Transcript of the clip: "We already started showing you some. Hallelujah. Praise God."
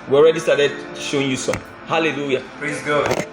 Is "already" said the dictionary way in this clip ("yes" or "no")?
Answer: yes